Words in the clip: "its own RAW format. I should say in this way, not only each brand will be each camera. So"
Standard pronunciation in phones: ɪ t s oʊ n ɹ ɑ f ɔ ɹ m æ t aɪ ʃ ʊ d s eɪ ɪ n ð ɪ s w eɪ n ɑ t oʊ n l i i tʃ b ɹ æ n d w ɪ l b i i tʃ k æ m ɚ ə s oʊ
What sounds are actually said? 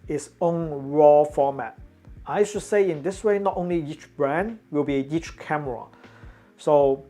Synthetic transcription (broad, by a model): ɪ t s oʊ n ɹ ɑ f ɔ m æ t aɪ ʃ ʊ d s eɪ ɪ n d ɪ s w eɪ n ɑ t oʊ n l i i tʃ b ɹ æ n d w ɪ l b i i tʃ k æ m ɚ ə s oʊ